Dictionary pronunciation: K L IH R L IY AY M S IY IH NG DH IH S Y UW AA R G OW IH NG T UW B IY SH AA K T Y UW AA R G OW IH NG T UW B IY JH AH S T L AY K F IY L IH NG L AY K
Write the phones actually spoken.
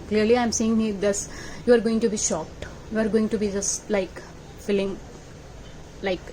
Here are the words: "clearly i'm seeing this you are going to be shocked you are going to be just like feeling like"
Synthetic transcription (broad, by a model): K L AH R L IY AY M S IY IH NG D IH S Y UW AA R G OW IH NG T UW B IY SH AA K T Y UW AA R G OW IH NG T UW B IY JH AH S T L AY K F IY L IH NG L AY K